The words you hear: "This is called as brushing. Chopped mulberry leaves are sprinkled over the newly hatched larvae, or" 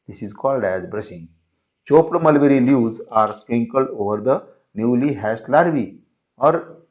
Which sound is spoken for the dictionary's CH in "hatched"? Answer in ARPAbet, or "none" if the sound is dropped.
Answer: S